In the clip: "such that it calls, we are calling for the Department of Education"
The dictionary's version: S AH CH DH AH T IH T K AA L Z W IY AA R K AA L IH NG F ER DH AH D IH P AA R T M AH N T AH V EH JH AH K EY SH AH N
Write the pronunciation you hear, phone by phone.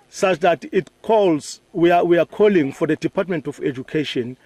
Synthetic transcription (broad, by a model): S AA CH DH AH T IH T K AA L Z W IY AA W K AA L IH NG F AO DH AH D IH P AA T M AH N T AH F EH JH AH K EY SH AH N